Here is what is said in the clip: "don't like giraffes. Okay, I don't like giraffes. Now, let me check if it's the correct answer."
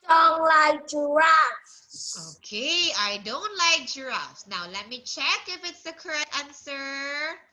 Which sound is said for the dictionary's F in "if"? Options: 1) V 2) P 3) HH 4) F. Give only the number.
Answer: 4